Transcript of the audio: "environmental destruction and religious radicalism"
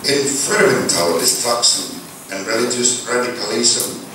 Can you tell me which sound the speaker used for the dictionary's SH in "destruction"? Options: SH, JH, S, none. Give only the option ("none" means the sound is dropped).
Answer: S